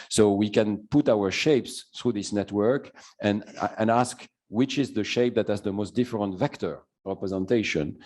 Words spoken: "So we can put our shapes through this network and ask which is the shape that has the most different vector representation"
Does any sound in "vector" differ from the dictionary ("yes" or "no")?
no